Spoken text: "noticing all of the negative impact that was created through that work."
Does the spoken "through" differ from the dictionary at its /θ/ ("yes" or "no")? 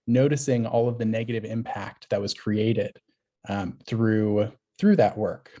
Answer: no